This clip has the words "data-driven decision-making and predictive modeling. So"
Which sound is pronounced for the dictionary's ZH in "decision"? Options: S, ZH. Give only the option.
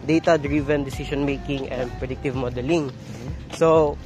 S